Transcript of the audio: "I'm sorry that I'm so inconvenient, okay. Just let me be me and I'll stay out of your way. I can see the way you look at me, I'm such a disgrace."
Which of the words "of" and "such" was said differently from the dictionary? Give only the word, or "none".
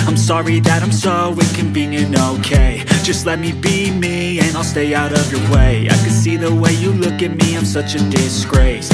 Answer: none